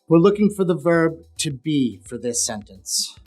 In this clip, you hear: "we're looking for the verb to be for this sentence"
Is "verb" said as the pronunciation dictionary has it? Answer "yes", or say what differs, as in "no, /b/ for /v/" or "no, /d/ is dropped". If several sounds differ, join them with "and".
yes